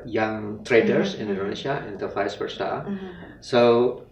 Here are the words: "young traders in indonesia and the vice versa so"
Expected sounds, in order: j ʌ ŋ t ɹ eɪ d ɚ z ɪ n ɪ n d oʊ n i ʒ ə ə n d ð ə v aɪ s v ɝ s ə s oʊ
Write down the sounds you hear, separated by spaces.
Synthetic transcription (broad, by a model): j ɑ ŋ t ɹ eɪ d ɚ s ɪ n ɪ n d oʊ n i ʃ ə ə n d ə f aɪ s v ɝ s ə s oʊ